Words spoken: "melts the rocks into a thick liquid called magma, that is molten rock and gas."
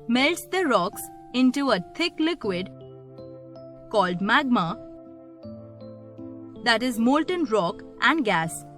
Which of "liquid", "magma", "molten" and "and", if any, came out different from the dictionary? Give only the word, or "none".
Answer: none